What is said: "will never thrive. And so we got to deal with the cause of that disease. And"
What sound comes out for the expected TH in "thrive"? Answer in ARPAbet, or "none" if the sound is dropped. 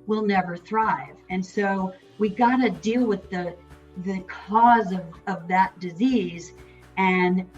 TH